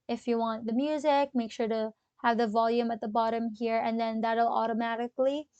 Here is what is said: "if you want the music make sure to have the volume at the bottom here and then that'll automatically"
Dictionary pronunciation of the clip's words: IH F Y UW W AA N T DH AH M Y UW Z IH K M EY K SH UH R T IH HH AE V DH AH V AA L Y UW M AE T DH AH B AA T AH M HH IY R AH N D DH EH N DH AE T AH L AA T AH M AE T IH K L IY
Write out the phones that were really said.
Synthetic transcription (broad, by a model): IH F Y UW W AA N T DH AH M Y UW Z IH K M EY K SH UH R T IH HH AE V DH AH V AA L Y UW M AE T DH AH B AA T AH M HH IY R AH N DH EH N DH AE T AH L AA T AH M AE T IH K L IY